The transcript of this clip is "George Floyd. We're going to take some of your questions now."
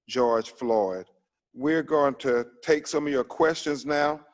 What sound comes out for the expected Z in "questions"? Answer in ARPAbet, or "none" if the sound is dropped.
Z